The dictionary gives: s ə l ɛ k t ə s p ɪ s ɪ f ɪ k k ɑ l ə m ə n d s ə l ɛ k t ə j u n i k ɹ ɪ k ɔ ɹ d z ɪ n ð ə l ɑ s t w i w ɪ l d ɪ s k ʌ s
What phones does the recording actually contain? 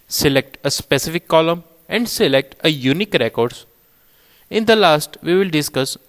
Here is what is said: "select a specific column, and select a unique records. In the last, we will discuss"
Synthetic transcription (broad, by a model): s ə l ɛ k t ə s p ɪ s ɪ f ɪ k k ɑ l ə m ə n d s ə l ɛ k t ə j u n i k ɹ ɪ k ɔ ɹ d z ɪ n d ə l ɑ s t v i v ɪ l d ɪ s k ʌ s